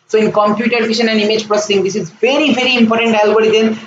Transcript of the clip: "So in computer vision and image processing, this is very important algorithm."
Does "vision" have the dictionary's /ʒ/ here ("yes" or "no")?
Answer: no